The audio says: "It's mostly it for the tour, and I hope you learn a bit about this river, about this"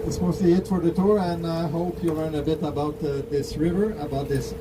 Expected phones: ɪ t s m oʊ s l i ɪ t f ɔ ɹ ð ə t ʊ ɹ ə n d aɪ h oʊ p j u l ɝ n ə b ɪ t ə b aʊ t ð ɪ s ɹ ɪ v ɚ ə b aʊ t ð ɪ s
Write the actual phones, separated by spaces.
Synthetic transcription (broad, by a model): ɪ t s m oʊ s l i ɪ t f ɔ ɹ ð ə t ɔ ɹ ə n aɪ h oʊ p j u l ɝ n ə b ɪ t ə b aʊ t ð ɪ s ɹ ɪ v ɚ ə b aʊ t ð ɪ s